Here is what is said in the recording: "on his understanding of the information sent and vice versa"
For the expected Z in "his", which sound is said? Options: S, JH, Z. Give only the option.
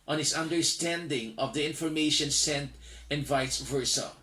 S